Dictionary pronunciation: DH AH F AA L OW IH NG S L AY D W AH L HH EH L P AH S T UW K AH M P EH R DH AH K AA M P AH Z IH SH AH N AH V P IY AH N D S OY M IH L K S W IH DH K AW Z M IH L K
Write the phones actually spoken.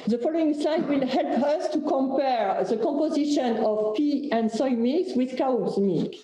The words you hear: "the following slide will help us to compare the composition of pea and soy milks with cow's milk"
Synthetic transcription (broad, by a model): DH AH F AA L OW IH NG S L AY D W AH L HH EH L P AH S T UW K AH M P EH R DH AH K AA M P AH Z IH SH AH N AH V P IY AH N D S OY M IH K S W IH DH K AW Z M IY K